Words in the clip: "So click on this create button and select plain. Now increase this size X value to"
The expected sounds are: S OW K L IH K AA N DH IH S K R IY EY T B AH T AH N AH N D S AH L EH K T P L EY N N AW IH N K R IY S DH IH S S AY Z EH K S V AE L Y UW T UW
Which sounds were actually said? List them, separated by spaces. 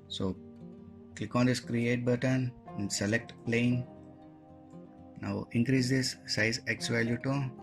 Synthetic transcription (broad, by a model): S OW K L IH K AA N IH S K R IY EY T B AH T AH N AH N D S AH L EH K T P L EY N N AW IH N K R IY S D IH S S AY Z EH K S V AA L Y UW T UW